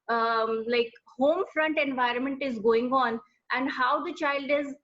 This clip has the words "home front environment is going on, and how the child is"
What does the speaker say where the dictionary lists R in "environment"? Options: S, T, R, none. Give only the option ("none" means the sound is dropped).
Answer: R